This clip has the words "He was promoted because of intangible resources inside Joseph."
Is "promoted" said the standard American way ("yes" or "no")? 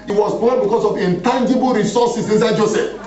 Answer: no